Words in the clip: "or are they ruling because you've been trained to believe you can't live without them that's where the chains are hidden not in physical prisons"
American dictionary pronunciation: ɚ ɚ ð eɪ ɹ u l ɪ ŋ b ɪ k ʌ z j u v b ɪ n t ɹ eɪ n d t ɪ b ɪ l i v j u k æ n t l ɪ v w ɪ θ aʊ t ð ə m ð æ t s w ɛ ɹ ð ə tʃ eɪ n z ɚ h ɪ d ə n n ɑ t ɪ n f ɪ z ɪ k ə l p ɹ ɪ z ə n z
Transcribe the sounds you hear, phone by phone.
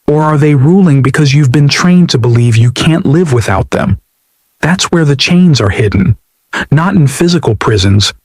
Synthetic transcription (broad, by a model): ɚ ɚ ð eɪ ɹ u l ɪ ŋ b ɪ k ʌ z j u v b ɪ n t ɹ eɪ n t ɪ b ɪ l i v j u k æ n t l ɪ v w ɪ θ aʊ t ð ə m ð æ t s w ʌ ɹ ð ə tʃ eɪ n z ɚ h ɪ d n n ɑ t ɪ n f ɪ z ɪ k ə l p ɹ ɪ z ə n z